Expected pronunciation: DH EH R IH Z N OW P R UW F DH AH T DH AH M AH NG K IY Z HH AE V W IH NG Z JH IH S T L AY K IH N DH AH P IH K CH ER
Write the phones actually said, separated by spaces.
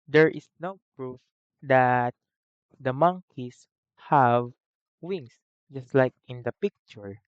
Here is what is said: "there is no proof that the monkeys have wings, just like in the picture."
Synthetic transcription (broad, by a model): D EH R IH S N OW P R UW F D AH T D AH M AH NG K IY S HH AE V W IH NG S JH IH S T L AY K IH N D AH P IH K CH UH